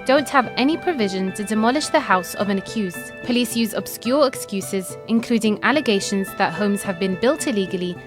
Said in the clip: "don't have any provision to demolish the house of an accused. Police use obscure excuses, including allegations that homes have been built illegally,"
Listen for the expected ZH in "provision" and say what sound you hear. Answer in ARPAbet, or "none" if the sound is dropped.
ZH